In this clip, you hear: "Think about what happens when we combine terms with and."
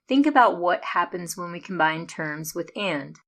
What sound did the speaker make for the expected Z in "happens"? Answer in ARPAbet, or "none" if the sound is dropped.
Z